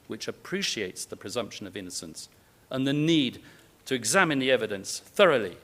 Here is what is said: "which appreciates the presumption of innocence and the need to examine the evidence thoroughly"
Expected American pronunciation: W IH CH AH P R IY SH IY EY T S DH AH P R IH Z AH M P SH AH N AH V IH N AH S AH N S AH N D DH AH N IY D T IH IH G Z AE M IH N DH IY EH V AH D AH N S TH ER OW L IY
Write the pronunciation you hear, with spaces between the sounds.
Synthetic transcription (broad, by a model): W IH CH AH P R IY SH IY EY T S DH AH P R IH Z AH M P SH AH N AH V IH N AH S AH N S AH N DH AH N IY D T IH IH G Z AE M IH N DH IY EH V AH D AH N S TH ER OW L IY